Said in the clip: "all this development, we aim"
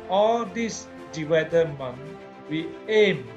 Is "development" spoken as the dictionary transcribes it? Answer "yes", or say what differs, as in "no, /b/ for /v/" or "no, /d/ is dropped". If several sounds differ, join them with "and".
no, /w/ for /v/ and /p/ is dropped